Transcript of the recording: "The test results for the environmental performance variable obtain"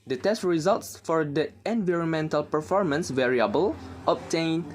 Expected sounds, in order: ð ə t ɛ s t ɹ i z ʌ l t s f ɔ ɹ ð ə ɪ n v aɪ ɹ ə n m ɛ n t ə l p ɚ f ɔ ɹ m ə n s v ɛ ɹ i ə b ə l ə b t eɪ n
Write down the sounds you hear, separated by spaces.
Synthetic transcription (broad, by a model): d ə t ɛ s t ɹ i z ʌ l t s f ɔ ɹ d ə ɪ n v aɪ ɹ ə n m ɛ n t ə l p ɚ f ɔ ɹ m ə n s v ɛ ɹ i ə b ə l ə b t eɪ n